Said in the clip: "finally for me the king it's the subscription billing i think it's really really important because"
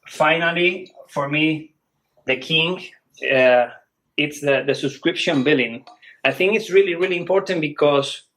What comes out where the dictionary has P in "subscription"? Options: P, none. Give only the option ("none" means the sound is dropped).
P